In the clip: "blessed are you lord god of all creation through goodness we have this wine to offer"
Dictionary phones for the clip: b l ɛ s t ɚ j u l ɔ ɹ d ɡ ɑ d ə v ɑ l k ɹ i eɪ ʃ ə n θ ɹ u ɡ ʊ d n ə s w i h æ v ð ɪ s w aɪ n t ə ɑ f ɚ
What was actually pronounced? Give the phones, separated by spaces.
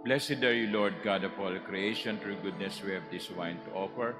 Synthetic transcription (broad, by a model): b l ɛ s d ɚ j u l ɔ ɹ d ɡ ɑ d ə p ɑ l k ɹ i eɪ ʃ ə n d ɹ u ɡ ʊ d n ə s w i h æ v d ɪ s w aɪ n t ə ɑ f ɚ